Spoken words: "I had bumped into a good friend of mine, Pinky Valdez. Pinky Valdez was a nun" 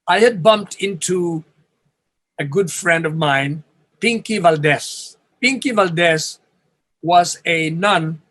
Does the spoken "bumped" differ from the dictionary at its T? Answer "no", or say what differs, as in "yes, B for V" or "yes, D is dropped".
no